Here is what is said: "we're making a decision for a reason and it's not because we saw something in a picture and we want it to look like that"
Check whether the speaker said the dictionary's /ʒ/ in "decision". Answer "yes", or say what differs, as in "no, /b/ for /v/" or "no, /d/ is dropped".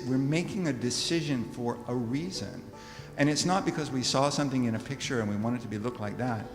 yes